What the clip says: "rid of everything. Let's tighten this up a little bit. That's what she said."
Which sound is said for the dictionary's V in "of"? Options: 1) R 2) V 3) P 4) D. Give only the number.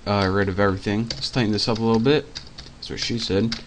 2